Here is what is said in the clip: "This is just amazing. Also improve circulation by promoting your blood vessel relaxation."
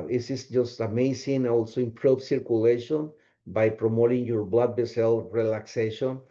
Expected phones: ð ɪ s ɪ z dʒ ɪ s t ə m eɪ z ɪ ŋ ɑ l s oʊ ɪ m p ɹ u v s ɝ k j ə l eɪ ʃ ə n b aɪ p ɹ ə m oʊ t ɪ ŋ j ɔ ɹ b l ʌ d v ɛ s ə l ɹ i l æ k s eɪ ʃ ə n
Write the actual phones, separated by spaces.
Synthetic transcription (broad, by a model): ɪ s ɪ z dʒ ɪ s t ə m eɪ s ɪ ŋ ɑ l s oʊ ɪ m p ɹ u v s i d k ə l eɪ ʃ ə n b aɪ p ɹ ə m oʊ t ɪ ŋ j ɔ ɹ b l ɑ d b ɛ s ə l ɹ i l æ k s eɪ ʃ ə n